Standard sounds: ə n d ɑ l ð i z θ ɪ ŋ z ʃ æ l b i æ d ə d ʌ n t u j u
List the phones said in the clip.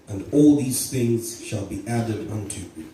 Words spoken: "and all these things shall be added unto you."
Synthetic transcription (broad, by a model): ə n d ɑ l ð i z θ ɪ ŋ z ʃ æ l b i æ d ə d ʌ n t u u